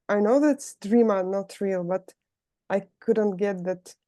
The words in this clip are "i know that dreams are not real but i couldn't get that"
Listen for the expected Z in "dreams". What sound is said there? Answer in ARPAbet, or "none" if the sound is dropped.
none